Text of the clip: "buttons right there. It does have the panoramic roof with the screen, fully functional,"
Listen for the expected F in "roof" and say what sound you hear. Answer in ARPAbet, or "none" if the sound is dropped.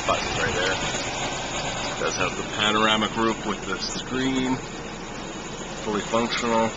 P